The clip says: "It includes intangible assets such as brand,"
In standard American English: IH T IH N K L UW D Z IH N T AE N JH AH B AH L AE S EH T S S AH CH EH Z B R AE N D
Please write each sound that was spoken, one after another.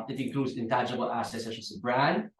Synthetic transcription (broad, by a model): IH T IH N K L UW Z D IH N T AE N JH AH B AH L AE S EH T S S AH S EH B R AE N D